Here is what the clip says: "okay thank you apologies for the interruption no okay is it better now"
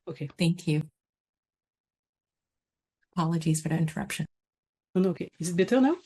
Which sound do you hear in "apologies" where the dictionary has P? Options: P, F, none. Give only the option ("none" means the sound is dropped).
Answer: P